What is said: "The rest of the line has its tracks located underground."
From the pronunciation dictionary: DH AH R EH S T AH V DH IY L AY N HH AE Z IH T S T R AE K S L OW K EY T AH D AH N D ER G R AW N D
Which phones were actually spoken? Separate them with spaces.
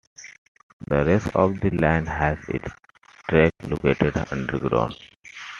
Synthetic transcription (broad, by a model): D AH R EH S T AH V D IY L AY N HH AE Z IH T S T R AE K L OW K EY T AH D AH N D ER G R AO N